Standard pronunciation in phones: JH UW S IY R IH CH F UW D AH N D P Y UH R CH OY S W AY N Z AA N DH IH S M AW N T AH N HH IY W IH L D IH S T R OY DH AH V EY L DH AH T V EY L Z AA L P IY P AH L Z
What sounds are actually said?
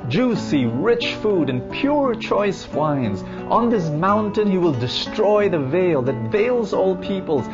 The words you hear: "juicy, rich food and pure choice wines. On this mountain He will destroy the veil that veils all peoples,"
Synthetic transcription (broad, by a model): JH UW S IY R IH CH F UW D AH N P Y UH R CH OY S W AY N Z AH N DH IH S M AW N T AH N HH IY W IH L D IH S T R OY DH AH V EY L DH AH T V EY L Z AA L P IY P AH L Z